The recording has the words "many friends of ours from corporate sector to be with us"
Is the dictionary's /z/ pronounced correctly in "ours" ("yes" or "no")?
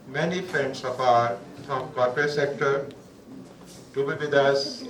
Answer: no